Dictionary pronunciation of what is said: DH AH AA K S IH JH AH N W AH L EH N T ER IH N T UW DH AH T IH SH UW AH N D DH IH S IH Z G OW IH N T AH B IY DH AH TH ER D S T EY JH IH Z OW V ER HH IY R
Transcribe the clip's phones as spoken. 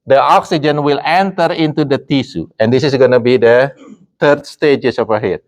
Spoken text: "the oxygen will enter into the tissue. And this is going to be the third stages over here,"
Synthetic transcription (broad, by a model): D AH AA K S IH JH AH N W AH L EH N T ER IH N T UW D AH T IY S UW AH N D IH S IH S G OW N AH B IY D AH T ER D S T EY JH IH S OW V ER HH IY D